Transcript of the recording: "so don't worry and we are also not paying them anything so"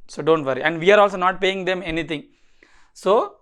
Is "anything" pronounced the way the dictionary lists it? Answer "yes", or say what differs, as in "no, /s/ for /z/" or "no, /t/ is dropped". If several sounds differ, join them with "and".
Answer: no, /t/ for /θ/